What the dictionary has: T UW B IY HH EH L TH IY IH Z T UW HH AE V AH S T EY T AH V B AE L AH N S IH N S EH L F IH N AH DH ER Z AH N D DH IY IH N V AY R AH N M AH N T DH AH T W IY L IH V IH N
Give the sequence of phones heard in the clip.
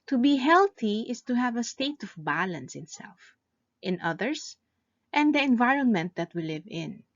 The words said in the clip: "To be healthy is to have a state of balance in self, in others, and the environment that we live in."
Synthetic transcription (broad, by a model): T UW B IY HH EH L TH IY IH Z T UW HH AE V AH S T EY T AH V B AE L AH N S IH N S EH L F IH N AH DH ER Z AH N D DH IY IH N V AY R AH N M AH N T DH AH T W IY L IH V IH N